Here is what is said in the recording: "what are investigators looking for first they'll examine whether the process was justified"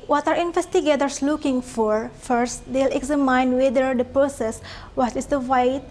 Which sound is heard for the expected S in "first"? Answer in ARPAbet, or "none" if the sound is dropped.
S